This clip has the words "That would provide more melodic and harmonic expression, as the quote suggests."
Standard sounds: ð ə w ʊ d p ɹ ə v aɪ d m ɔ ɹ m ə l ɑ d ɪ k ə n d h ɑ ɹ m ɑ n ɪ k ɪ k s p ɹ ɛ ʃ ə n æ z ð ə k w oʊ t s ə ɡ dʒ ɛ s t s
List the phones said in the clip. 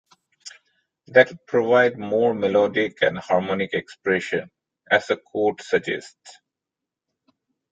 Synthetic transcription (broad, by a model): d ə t p ɹ ə v aɪ d m ɔ ɹ m ə l ɑ d ɪ k ə n d h ɑ ɹ m ɑ n ɪ k ɪ k s p ɹ ɛ ʃ ə n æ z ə k oʊ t s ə dʒ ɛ s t s